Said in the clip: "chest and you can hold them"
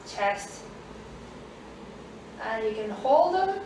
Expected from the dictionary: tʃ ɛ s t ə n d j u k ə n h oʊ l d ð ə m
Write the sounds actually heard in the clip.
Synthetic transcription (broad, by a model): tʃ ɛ s t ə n j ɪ k ə n h oʊ l d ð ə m